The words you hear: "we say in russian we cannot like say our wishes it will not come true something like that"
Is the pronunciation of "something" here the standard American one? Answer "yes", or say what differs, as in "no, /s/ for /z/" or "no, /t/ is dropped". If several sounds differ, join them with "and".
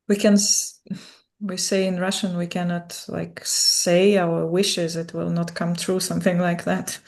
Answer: yes